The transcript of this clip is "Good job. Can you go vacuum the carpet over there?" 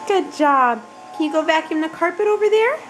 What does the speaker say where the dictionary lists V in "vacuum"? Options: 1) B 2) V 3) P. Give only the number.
1